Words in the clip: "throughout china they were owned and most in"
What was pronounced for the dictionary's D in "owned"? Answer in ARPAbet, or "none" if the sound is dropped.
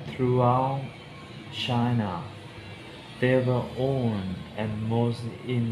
none